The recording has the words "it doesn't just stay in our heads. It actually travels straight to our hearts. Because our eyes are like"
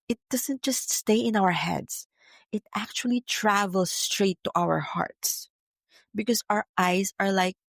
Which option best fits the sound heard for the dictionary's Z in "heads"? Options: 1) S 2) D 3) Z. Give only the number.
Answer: 1